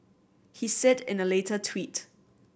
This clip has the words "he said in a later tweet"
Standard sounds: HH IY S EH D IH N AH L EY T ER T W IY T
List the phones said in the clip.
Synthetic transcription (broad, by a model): HH IY S EH D IH N AH L EY T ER T W IY T